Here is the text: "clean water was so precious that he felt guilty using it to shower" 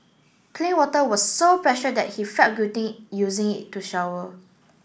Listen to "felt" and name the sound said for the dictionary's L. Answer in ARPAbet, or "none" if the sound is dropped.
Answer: none